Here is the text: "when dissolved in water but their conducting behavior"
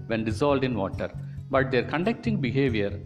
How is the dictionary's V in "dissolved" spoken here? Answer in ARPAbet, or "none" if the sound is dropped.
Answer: none